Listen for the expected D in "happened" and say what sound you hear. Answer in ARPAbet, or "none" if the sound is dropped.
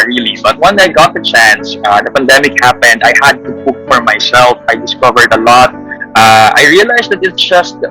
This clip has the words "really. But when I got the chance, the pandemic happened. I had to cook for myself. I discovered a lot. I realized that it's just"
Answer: D